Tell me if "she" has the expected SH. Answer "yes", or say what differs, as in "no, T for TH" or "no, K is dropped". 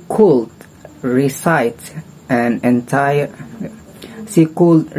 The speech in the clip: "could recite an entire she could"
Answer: no, S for SH